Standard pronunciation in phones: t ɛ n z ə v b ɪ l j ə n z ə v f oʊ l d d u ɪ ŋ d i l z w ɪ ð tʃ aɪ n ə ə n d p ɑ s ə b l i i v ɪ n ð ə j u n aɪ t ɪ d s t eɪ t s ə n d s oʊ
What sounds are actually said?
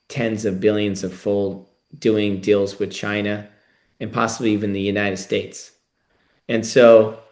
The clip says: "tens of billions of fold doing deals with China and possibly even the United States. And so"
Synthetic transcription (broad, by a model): t ɛ n z ə v b ɪ l j ə n z ə v f oʊ l d d u ɪ ŋ d i l z w ɪ ð tʃ aɪ n ə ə n p ɑ s ə b l i i v ɪ n ð ə j u n aɪ t ɪ d s t eɪ t s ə n s oʊ